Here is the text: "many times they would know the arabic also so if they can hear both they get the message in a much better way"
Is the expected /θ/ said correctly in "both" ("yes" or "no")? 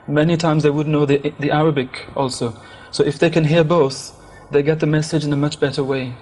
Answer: yes